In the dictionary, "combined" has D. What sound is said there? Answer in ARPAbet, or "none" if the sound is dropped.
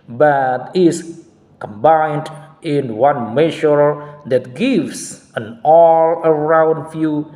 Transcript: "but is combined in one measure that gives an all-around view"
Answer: D